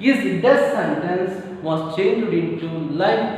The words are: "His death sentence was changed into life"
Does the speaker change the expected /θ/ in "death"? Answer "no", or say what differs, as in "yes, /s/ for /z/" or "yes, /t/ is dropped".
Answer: yes, /s/ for /θ/